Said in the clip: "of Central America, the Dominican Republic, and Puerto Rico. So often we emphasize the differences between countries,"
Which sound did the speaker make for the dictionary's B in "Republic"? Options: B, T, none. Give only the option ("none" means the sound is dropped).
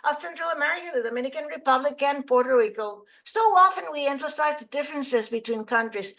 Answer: B